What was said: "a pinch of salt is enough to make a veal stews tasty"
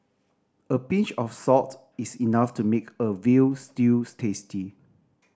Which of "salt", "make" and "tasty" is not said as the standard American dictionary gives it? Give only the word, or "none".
salt